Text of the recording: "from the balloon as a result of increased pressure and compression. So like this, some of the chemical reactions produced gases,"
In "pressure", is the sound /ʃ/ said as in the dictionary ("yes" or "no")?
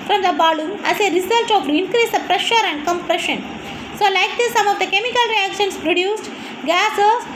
yes